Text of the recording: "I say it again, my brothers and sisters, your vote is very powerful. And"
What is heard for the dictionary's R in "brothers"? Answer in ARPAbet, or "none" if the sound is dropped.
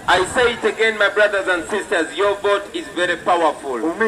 R